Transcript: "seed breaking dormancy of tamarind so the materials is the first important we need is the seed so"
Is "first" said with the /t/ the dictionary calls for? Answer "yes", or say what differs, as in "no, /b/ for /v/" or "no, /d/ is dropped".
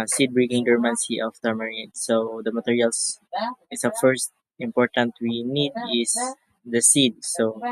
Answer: yes